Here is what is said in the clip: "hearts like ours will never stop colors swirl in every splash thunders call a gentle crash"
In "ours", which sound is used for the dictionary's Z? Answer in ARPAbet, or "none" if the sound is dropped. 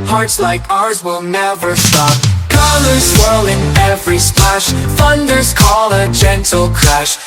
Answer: Z